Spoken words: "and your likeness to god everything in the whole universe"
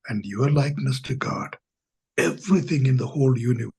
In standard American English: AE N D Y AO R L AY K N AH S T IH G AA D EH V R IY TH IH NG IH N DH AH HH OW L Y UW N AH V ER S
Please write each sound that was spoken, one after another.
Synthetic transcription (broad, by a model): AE N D Y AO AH L AY K N AH S T IH G AA D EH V R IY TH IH NG IH N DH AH HH OW L Y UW N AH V